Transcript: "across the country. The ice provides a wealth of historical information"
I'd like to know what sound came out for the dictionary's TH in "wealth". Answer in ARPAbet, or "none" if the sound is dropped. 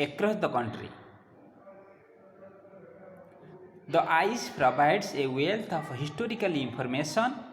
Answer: T